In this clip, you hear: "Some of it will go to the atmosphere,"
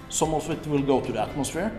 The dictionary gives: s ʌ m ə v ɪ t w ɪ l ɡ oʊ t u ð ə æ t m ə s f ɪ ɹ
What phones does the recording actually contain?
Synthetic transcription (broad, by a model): s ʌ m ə f ɪ t w ɪ l ɡ oʊ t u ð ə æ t m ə s f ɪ ɹ